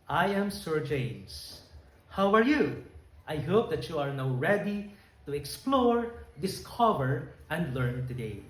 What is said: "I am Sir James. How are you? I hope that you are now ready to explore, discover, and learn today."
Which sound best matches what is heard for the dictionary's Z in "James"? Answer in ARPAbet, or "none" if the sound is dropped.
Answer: S